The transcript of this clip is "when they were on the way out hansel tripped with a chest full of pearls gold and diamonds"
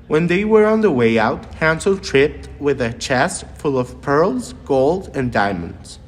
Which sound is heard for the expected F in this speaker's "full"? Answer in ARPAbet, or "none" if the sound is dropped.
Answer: F